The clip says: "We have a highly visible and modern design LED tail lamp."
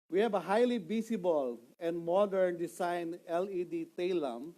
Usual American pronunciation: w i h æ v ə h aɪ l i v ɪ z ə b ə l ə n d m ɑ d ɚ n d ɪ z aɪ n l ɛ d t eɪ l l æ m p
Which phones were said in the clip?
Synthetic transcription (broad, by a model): w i h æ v ə h aɪ l i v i s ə b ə l ə n d m ɑ d ɚ n d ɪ s aɪ n l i d t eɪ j l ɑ m